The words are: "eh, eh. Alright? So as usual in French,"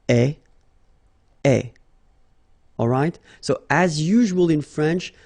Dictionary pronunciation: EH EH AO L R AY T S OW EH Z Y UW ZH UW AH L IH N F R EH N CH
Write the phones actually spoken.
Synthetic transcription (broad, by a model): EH EH AO L R AY T S OW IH Z Y UW ZH UW AH L IH N F R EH N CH